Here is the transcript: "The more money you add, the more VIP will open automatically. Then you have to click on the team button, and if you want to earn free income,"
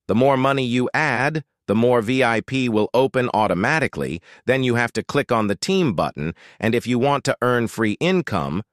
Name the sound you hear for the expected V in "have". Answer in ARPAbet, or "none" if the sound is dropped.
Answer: F